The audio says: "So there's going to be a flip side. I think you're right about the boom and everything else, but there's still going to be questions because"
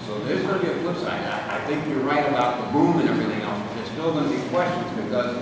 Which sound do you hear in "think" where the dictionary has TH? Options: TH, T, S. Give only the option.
TH